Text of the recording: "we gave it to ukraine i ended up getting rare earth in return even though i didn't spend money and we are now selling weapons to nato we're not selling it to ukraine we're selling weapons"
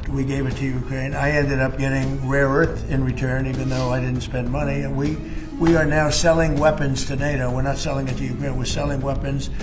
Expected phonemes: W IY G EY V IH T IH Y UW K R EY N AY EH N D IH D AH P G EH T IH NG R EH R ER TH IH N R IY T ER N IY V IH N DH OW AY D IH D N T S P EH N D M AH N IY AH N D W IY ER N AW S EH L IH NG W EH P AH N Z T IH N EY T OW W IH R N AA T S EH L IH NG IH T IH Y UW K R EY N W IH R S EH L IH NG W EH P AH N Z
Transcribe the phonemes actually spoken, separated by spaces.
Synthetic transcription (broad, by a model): W IY G EY V IH T IH Y UW K R EY N AY EH N D IH D AH P G EH T IH NG R EH R ER TH IH N R IY T ER N IY V IH N DH OW AY D IH D N T S P EH N D M AH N IY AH N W W IY ER N AW S EH L IH NG W EH P AH N Z T IH N EY T OW W IH R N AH T S EH L IH NG IH T IH Y UW K R EY N W IH R S EH L IH NG W EH P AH N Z